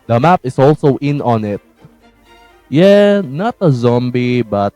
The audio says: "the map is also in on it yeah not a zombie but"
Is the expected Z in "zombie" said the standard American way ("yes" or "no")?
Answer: yes